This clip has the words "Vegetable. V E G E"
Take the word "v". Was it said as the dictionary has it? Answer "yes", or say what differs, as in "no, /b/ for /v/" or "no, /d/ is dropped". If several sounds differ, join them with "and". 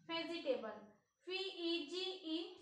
no, /p/ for /v/